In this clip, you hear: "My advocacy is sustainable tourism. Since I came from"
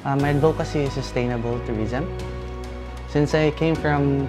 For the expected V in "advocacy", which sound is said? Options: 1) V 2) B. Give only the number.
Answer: 2